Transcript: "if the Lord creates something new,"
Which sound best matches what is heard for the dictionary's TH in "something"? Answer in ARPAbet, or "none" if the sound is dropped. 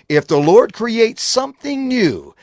TH